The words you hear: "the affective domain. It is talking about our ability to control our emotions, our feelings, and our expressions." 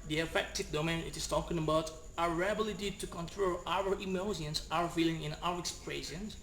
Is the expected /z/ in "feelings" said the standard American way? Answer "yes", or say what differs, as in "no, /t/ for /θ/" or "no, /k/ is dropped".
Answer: no, /z/ is dropped